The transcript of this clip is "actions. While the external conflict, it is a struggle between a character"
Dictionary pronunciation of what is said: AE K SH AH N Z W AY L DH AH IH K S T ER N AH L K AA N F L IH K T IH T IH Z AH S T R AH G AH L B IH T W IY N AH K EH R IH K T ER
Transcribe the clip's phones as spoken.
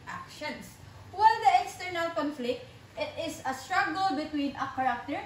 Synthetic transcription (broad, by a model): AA K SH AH N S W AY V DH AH IH K S T ER N AH L K AA N F L IH K T IH T IH S AH S T R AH G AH L B IH T W IY N AH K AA R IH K T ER